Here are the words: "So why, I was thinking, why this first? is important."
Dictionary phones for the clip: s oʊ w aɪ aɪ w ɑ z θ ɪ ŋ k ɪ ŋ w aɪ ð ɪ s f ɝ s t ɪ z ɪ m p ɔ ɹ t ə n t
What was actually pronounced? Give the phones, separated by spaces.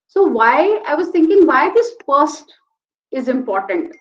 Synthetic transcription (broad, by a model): s oʊ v aɪ aɪ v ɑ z t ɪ ŋ k ɪ ŋ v aɪ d ɪ s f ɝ s t ɪ z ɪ m p ɔ ɹ t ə n t